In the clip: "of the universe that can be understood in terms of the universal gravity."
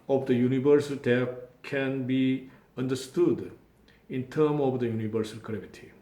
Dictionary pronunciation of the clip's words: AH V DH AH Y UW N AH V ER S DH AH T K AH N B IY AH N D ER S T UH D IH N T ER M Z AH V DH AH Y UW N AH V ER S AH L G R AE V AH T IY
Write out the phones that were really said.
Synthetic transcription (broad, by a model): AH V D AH Y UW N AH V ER S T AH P K AH N B IY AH N D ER S T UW D IH N T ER M AH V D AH Y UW N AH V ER S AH L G R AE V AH T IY